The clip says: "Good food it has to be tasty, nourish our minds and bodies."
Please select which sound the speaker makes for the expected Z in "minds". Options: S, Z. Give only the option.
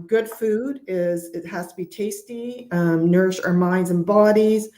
Z